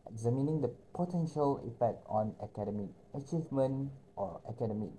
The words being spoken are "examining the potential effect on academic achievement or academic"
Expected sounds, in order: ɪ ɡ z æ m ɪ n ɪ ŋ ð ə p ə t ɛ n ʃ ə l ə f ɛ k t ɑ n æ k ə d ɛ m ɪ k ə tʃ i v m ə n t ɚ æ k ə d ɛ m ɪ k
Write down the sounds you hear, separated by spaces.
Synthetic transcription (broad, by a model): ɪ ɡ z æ m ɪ n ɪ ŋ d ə p ə t ɛ n ʃ ə l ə p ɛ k t ɑ n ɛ k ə d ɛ m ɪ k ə tʃ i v m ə n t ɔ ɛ k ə d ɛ m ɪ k